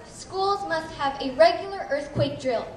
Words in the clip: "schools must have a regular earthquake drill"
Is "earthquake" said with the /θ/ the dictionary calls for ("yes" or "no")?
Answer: yes